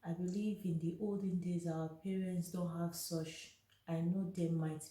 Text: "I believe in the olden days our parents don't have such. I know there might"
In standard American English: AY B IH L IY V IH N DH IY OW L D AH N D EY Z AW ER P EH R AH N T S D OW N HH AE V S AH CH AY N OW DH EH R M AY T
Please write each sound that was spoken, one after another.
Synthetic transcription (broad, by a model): AY B IH L IY V IH N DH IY OW L D AH N D EY Z AW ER P EH R AH N T S D OW N HH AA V S AH CH AY N OW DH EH M AY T